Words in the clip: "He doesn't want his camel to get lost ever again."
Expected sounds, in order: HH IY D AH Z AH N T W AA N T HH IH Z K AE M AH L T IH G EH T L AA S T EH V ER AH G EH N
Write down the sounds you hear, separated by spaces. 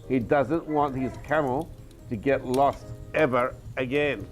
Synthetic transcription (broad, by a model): HH IY D AH Z AH N T W AA N T HH IH Z K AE M L T IH G EH T L AA S T EH V ER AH G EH N